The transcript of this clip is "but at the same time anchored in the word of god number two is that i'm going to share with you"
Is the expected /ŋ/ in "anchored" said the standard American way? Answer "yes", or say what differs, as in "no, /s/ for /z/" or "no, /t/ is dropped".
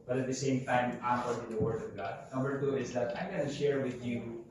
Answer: no, /ŋ/ is dropped